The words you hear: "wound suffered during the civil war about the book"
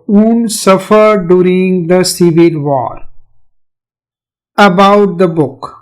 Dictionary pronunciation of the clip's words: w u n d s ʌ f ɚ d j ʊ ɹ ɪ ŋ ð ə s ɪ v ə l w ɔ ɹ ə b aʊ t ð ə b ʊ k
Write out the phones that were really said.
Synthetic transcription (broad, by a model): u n s ʌ f ɚ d j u ɹ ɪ ŋ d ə s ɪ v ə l w ɔ ɹ ə b aʊ t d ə b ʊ k